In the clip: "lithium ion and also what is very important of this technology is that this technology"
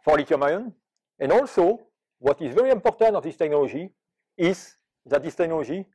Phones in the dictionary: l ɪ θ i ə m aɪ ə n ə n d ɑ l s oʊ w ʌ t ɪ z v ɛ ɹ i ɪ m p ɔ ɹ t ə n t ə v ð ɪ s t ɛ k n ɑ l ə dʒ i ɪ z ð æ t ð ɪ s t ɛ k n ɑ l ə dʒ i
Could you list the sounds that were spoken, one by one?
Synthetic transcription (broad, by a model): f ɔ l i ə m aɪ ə n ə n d ɑ l s oʊ w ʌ t ɪ z v ɛ ɹ i ɪ m p ɔ ɹ t ə n t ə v ð ɪ s t ɛ k n ɑ l ə dʒ i ɪ z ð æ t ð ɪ s t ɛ k n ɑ l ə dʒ i